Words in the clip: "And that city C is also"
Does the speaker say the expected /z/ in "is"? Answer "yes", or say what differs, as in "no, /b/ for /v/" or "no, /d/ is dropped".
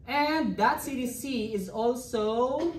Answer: yes